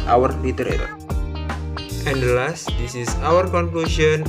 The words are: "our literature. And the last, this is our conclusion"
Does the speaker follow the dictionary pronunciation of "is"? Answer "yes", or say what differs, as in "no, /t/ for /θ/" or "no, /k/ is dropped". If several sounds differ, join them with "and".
no, /s/ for /z/